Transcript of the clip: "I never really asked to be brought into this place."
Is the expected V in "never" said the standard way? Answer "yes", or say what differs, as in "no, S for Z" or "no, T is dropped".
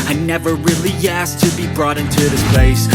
yes